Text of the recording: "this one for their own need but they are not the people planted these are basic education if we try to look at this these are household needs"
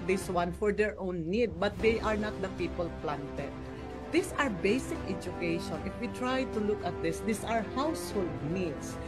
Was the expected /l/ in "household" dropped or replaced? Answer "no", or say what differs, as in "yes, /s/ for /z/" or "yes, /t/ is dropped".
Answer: no